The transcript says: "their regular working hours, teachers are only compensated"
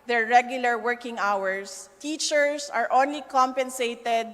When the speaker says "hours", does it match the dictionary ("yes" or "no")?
no